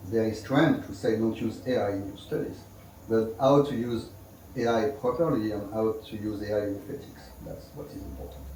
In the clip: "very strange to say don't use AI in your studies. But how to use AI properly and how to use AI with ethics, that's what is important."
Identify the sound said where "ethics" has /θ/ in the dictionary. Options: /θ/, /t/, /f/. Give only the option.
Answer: /t/